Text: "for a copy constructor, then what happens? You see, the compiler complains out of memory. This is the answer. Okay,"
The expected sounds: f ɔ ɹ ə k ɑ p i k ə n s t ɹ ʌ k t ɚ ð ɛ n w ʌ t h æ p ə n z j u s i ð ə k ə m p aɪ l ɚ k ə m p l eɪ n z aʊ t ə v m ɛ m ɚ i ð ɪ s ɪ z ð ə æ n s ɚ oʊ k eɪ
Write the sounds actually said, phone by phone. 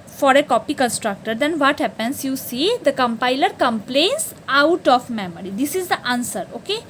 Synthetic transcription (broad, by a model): f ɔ ɹ ə k ɑ p i k ə n s t ɹ ʌ k t ɚ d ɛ n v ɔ t h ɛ p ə n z j u s i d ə k ə m p aɪ l ɚ k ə m p l eɪ n s aʊ t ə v m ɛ m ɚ i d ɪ s ɪ z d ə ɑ n s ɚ oʊ k eɪ